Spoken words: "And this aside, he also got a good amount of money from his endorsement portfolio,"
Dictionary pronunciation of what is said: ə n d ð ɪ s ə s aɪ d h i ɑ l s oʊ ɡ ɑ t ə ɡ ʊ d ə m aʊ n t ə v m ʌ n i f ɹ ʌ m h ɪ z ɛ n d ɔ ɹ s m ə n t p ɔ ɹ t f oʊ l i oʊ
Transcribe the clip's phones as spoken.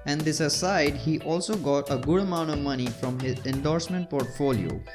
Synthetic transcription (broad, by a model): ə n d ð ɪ s ə s aɪ d h i ɑ l s oʊ ɡ ɑ t ə ɡ ʊ d ə m aʊ n t ə v m ʌ n i f ɹ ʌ m h ɪ z ɛ n d ɔ ɹ s m ə n t p ɔ ɹ t f oʊ l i oʊ